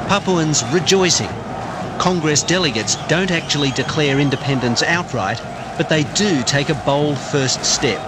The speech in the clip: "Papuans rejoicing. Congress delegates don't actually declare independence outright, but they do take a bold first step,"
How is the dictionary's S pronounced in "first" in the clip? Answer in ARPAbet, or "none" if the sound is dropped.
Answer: S